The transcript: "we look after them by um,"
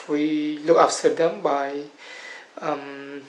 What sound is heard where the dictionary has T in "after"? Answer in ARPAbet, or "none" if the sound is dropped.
S